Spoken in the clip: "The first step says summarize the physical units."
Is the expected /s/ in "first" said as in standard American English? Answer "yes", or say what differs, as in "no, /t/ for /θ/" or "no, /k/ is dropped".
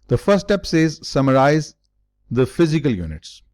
no, /s/ is dropped